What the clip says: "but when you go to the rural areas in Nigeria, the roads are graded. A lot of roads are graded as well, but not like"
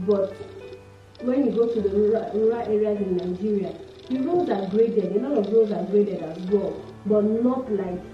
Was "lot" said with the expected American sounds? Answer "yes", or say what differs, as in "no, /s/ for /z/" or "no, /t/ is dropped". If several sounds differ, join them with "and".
no, /n/ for /l/